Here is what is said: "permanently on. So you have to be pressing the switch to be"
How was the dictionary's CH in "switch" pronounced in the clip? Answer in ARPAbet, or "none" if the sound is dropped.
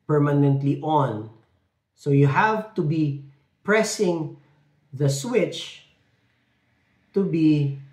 CH